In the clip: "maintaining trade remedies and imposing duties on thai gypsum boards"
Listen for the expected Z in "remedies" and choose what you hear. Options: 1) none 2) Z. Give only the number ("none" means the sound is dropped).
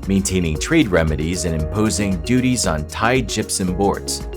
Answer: 2